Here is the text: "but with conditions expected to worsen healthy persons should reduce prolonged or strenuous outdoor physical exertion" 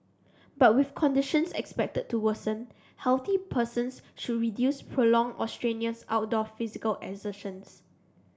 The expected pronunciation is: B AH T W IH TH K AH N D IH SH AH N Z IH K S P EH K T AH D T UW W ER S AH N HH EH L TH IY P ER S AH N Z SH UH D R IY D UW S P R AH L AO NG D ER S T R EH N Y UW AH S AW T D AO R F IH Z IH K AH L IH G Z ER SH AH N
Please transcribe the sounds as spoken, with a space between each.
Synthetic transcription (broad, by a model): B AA T W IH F K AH N D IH SH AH N S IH K S P EH K T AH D T UW W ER S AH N HH EH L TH IY P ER S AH N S SH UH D R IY D UW S P R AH L AO NG AO S T R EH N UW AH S AW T D AO F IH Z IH K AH L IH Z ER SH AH N